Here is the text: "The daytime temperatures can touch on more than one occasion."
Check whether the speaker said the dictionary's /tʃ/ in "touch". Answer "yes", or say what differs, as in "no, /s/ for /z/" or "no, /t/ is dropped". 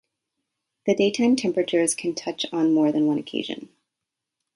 yes